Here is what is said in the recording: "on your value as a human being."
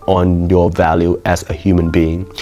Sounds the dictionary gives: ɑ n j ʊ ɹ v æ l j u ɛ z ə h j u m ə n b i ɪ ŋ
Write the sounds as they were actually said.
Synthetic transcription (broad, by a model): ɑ n j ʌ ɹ v æ l j u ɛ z ə h j u m ə n b i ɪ ŋ